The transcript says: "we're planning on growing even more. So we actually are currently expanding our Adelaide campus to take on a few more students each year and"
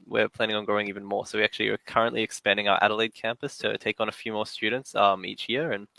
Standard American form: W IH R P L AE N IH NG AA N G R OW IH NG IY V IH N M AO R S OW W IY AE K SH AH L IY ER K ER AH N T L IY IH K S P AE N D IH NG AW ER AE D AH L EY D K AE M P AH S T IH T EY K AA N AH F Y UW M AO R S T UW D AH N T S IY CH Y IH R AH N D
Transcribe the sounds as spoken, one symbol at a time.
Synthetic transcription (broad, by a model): W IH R P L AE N IH NG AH N G OW IH NG IY V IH N M AO R S OW W IY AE K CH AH L IY ER K ER AH N T L IY IH K S P AE N D IH NG AW ER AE D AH L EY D K AE M P AH S T IH T EY K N AH F Y UW M AO R S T UW D N T S IY CH Y IH R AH N